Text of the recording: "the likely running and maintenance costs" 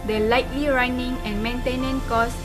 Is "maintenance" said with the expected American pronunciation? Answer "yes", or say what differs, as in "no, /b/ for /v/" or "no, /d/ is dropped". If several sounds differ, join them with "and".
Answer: no, /s/ is dropped